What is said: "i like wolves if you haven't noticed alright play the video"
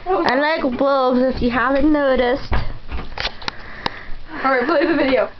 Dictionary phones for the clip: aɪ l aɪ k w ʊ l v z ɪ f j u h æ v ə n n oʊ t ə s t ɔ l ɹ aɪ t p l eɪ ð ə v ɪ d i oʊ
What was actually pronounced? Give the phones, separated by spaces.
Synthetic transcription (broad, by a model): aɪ l aɪ k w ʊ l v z ɪ f j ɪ h æ v ə n n oʊ t ə s t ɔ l ɹ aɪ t b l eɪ ð ə v ɪ d i oʊ